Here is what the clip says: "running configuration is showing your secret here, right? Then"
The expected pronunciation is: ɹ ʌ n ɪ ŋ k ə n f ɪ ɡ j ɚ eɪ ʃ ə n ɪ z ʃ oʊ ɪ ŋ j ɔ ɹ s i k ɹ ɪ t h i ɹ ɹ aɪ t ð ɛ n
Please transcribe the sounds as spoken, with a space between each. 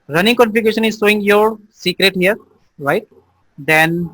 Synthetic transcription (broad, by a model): ɹ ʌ n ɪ ŋ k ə l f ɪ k eɪ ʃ ə n ɪ z s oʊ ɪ ŋ j ɔ ɹ s i k ɹ ɪ t h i ɹ ɹ aɪ t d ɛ n